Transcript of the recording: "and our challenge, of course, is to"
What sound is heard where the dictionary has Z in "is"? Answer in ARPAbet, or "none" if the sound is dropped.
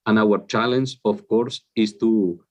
S